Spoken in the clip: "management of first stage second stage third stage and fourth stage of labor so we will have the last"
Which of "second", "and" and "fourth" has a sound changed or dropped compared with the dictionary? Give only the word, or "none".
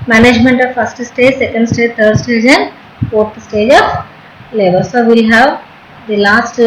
fourth